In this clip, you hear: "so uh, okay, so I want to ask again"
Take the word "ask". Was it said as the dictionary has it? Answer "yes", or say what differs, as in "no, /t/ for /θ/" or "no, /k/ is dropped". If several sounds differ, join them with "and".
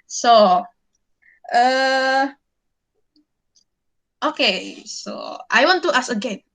no, /k/ is dropped